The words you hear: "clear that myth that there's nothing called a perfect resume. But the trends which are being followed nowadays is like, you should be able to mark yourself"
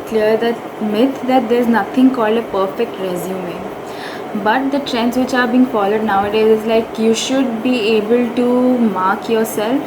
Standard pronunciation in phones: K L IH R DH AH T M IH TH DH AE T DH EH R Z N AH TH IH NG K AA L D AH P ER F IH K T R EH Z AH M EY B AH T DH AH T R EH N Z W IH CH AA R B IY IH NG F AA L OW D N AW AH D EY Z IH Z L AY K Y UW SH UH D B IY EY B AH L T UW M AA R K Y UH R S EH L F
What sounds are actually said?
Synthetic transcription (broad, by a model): K L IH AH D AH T M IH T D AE T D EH R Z N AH T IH NG K AA L D AH P ER F IH K T R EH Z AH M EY B AH T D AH T R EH N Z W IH CH AA R B IY NG F AA L OW D N AW AH D EY Z IH Z L AY K Y UW SH UH D B IY EY B AH L T UW M AA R K Y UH R S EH L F